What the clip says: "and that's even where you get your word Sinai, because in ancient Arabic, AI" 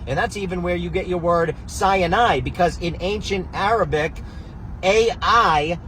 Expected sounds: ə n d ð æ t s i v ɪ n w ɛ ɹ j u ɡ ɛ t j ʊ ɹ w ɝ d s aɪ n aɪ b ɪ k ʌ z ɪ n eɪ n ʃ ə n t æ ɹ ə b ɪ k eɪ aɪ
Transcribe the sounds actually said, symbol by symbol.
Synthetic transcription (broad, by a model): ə n ð æ t s i v ɪ n w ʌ ɹ j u ɡ ɛ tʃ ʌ ɹ w ɝ d s aɪ n aɪ b ɪ k ʌ z ɪ n eɪ n ʃ ə n t æ ɹ ə b ɪ k eɪ aɪ